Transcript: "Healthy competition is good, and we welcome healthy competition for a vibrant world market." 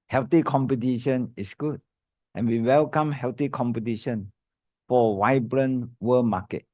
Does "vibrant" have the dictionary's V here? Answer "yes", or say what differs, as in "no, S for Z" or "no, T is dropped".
no, W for V